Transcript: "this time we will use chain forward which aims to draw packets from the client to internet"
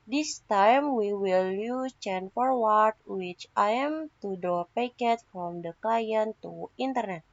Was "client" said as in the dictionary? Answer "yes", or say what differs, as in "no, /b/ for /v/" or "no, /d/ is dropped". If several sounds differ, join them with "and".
no, /l/ is dropped